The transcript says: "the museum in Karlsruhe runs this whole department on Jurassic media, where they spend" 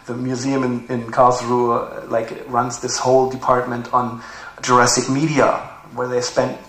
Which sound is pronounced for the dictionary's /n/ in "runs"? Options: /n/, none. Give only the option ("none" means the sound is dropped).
/n/